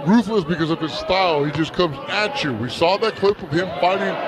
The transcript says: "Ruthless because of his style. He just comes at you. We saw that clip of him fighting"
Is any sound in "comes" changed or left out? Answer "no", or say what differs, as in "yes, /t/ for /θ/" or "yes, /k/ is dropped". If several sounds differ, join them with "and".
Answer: no